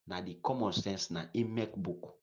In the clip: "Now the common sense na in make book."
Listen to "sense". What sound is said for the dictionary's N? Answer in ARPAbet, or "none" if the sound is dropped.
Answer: N